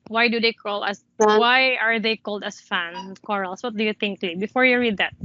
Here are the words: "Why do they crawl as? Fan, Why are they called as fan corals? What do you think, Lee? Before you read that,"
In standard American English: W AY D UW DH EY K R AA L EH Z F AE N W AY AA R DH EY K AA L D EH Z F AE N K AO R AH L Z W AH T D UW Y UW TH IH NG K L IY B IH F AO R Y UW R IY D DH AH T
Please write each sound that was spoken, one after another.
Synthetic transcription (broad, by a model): W AY D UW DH EY K AA L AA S W AY AA R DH EY K AA L D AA S F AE N K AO R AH L S W AH T D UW Y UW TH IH NG K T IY B IH F AO R Y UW R IY D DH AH T